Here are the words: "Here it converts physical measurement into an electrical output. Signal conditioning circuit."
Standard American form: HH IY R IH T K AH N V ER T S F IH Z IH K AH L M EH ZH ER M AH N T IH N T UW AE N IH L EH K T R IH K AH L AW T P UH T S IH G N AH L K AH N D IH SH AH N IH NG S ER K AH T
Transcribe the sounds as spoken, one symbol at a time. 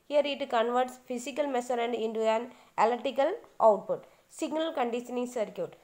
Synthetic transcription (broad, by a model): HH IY R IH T K AH N V ER T S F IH S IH K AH L M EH S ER AH N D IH N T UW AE N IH L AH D T IH K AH L AW T P UH T S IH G N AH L K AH N D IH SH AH N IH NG S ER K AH T